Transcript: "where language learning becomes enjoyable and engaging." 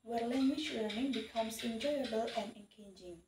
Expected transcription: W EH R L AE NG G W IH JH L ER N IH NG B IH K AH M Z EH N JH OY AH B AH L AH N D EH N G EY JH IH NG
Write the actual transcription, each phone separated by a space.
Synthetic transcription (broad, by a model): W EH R L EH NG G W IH CH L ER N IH NG B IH K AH M S EH N JH OY AH B AH L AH N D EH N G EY JH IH NG